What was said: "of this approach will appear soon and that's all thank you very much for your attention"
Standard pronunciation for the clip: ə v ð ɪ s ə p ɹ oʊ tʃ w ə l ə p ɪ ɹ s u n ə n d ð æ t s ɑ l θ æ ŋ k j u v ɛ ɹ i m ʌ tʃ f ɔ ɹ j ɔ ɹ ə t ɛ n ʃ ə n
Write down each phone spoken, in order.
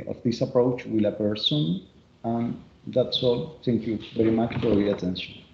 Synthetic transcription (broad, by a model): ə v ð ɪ s ə p ɹ oʊ tʃ w ə l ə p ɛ ɹ s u n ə n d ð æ t s ɑ l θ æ ŋ k j u v ɛ ɹ i m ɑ tʃ f ɔ ɹ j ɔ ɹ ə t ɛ n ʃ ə n